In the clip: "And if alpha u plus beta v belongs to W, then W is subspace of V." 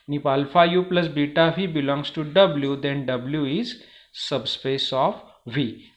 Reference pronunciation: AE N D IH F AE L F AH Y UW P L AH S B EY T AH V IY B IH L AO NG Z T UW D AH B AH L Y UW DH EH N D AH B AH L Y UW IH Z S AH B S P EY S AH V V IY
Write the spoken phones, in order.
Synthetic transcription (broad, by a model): N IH P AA L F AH Y UW P L AH S B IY T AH V IY B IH L AO NG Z T UW D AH B L Y UW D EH N D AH B L Y UW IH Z S AH B S P EY S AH F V IY